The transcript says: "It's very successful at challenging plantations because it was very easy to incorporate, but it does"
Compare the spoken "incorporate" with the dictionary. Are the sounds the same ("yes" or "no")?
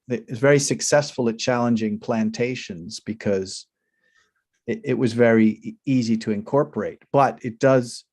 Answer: yes